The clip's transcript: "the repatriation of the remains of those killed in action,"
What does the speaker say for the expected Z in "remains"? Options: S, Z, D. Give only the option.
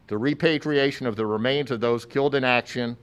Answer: Z